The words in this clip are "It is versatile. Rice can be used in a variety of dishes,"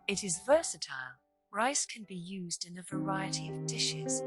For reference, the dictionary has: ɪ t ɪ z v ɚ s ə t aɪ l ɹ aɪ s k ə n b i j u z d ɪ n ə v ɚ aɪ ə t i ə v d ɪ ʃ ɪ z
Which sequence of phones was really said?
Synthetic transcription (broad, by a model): ɪ t ɪ z v ɚ s ə t aɪ l ɹ aɪ s k ə n b i j u z d ɪ n ə v ɚ aɪ ə t i ə v d ɪ ʃ ɪ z